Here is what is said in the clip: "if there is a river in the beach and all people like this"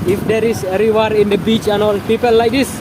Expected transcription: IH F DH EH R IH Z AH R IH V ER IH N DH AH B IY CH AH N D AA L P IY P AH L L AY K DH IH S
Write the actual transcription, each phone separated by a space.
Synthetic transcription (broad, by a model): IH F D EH R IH S AH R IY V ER IH N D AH B IY CH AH N AA L P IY P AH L L AY K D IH S